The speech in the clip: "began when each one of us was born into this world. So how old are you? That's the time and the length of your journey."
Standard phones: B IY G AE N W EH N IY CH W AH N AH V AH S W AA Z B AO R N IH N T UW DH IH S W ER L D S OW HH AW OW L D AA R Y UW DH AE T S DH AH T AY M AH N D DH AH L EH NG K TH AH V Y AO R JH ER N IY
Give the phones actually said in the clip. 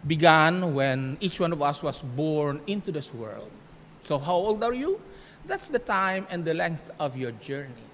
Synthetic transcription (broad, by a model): B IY G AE N W EH N IY CH W AH N AH V AH S W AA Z B AO R N IH N T UW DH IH S W ER L D S OW HH AW OW L D AA R Y UW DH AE T S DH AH T AY M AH N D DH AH L EH NG K TH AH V Y AO R JH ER N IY